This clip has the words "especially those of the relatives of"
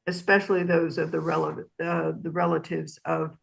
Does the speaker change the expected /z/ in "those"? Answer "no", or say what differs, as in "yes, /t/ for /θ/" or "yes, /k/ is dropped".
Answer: no